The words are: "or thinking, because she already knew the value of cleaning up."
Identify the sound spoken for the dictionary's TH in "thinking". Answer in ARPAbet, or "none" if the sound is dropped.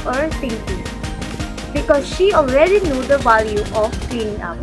T